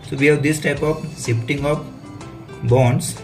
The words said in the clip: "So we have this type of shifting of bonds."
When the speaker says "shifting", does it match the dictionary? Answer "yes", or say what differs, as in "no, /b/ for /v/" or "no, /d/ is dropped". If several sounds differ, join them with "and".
no, /s/ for /ʃ/